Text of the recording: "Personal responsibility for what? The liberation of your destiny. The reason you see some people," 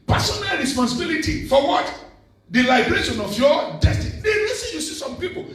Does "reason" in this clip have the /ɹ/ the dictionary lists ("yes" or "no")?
no